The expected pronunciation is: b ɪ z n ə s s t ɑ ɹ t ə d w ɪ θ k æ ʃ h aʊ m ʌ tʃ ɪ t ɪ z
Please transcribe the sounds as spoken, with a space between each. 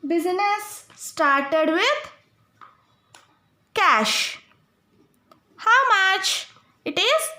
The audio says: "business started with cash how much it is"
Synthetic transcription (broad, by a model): b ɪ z n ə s s t ɑ ɹ t ə d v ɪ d k æ ʃ h aʊ m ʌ tʃ ɪ t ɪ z